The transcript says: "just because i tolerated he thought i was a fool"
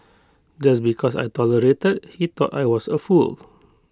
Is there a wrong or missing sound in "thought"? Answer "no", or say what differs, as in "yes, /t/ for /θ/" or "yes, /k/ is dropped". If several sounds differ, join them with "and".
yes, /t/ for /θ/